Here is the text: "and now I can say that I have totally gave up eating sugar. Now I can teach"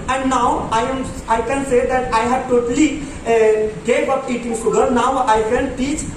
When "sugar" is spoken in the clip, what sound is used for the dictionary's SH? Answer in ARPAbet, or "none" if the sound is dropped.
S